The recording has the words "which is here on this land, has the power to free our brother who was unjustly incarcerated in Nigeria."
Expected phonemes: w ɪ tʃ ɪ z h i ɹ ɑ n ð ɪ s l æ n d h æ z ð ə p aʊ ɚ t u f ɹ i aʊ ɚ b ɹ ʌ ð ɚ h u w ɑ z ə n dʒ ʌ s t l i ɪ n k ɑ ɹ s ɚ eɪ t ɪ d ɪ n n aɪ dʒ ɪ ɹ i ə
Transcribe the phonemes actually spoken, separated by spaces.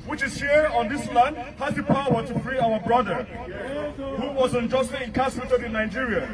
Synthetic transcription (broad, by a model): w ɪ tʃ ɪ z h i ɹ ɑ n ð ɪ s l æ n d h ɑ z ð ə p aʊ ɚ t u f ɹ i aʊ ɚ b ɹ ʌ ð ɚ h u w ɑ z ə n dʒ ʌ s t i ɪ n k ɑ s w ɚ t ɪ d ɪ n n aɪ dʒ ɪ ɹ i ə